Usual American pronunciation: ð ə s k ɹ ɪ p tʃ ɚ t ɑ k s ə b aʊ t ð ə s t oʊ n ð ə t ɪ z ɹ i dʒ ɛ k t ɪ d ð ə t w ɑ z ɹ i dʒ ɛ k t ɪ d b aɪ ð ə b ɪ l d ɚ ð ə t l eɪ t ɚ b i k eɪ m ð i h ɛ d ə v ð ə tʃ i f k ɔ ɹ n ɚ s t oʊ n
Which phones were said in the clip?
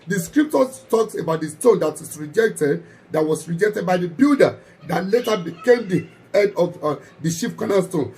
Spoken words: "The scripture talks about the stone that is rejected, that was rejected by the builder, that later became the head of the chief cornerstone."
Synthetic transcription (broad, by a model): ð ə s k ɹ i p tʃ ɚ t ɑ k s ə b aʊ t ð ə s t oʊ n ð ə t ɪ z ɹ i dʒ ɛ k t ɪ d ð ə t w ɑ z ɹ i dʒ ɛ k t ɪ d b aɪ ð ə b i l d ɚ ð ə t l eɪ t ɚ b i k eɪ m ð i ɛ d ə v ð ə ʃ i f k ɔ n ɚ s t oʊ n